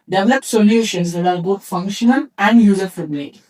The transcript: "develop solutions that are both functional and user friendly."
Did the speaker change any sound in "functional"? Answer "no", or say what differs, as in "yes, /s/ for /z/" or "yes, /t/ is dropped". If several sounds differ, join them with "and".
yes, /n/ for /l/